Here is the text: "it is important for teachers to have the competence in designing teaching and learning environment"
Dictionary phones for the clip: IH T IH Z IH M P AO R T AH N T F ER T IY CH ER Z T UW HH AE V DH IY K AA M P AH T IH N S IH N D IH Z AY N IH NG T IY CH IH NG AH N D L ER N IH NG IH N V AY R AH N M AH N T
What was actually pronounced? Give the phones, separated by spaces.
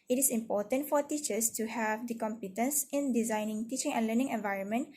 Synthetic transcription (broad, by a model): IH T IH S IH M P AO T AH N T F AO T IY CH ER S T UW HH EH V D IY K AA M P AH T IH N S IH N D IH Z AY N IH NG T IY CH IH NG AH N L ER N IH NG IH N V AY R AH N M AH N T